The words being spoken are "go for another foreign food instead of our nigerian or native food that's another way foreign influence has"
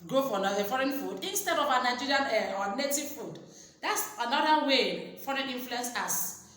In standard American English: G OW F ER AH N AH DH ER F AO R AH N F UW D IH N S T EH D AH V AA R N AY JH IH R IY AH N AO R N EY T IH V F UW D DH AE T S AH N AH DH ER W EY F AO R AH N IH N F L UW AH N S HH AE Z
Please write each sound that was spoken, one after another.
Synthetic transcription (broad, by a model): G OW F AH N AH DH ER F AO R AH N F UW D IH N S T EH D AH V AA N AY JH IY R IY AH N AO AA N EY T IH V F UW D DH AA T S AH N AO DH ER W EY F AO R AH N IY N F L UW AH N S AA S